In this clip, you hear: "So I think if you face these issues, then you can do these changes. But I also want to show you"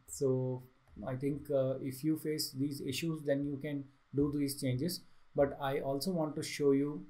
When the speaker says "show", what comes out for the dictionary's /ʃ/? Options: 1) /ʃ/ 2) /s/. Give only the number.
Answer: 1